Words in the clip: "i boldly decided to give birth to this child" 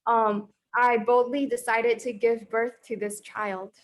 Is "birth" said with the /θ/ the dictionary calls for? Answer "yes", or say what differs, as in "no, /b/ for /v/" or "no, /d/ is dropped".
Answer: yes